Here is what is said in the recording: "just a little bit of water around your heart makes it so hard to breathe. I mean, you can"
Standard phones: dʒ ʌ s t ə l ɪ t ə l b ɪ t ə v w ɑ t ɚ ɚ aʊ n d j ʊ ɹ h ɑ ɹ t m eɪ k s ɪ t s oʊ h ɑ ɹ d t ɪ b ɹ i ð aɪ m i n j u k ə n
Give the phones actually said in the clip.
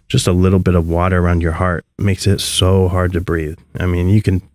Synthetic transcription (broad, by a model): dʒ ʌ s t ə l ɪ t l b ɪ t ə v w ɑ t ɚ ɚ aʊ n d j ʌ ɹ h ɑ ɹ t m eɪ k s ɪ t s oʊ h ɑ ɹ d t ɪ b ɹ i ð aɪ m i n j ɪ k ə n